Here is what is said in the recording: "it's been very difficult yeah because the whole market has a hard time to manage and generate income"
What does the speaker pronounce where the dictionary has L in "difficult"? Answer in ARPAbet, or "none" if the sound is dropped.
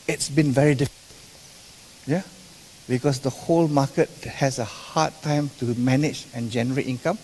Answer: N